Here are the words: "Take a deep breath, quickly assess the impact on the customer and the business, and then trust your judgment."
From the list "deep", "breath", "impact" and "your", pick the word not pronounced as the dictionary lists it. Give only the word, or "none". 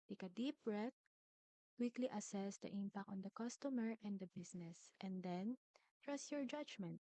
breath